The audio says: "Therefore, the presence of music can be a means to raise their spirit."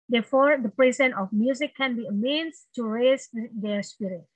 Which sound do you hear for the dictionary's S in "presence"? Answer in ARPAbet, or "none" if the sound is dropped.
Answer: none